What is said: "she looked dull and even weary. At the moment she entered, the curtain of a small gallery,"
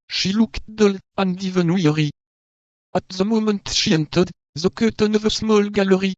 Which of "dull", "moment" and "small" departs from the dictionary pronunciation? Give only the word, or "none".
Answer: none